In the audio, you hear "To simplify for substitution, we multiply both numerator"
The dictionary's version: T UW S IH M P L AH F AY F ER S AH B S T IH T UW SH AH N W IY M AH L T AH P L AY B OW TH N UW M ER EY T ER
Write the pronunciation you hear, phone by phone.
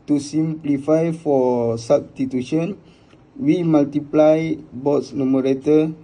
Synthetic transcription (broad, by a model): T UW S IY M P L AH F AY F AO S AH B S T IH T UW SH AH N W IY M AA L T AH P L AY B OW S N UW M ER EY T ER